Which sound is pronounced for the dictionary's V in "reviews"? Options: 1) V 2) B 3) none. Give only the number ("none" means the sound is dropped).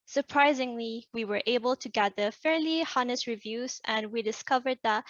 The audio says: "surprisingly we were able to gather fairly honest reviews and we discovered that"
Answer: 1